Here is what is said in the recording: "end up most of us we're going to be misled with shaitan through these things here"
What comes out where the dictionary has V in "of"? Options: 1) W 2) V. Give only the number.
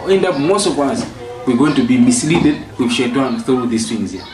1